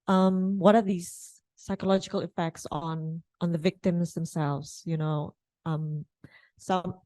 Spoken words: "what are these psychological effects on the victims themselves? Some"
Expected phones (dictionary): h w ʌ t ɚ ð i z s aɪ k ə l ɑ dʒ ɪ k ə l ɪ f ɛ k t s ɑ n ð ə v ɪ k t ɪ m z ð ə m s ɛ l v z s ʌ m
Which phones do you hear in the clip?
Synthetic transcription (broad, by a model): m w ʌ t ɚ ð i z s aɪ k ə l ɑ dʒ ɪ k ə l ɪ f ɛ k t s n n ð ə v ɪ k t ɪ m z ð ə m s ɛ l v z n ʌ m